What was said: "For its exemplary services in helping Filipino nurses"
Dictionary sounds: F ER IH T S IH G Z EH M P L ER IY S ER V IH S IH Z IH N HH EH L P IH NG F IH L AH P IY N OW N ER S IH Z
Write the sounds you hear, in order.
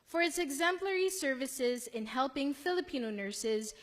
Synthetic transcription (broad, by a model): F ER IH T S IH G Z EH M P L ER IY S ER V IH S IH Z IH N HH EH L P IH NG F IH L AH P IY N OW N ER S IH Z